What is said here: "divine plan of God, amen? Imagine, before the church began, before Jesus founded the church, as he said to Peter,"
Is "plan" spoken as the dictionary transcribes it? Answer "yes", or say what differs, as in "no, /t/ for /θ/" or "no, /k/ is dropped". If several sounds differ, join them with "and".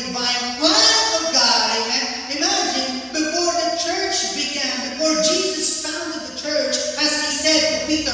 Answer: no, /n/ is dropped